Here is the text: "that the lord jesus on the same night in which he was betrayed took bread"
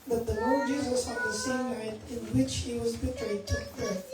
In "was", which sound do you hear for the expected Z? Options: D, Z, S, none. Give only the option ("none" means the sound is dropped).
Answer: Z